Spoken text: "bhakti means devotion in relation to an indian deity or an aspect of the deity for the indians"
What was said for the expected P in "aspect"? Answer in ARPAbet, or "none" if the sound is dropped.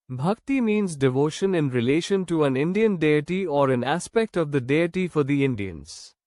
P